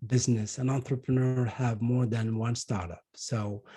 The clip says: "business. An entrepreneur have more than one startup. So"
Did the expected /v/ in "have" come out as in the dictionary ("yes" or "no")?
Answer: yes